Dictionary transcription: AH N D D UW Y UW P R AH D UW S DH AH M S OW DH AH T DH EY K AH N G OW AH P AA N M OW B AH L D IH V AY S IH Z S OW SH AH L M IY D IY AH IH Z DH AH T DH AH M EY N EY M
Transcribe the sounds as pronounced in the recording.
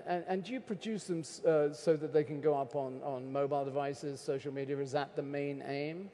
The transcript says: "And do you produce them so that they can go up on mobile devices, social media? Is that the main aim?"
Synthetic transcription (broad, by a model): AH N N D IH Y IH P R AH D UW S DH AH M S OW DH AH T DH EY K AH N G OW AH P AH N M OW B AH L D IH V AY S IH Z S OW SH L M IY D IY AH IH Z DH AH T DH AH M EY N EY M